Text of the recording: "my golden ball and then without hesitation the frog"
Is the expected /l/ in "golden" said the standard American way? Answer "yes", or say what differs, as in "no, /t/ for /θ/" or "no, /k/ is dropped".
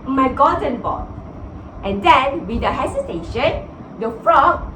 no, /l/ is dropped